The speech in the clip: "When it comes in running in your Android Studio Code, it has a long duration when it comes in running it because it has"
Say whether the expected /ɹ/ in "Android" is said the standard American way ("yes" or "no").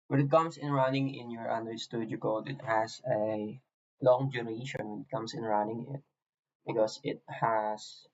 no